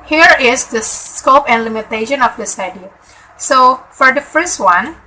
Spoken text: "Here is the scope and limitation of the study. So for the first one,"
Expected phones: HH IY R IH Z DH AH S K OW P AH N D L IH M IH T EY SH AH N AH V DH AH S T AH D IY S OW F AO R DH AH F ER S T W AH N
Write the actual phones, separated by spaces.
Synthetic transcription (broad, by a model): HH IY R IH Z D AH S K OW P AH N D L IH M IH T EY SH AH N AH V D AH S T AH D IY S OW F AO R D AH F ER S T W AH N